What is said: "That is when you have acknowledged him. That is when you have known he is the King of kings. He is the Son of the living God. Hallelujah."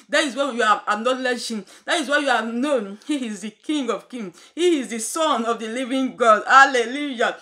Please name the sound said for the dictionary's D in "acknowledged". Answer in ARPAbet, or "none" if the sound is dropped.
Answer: none